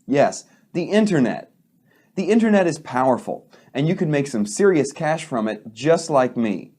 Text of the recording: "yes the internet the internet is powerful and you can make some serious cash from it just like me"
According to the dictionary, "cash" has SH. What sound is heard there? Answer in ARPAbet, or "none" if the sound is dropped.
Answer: SH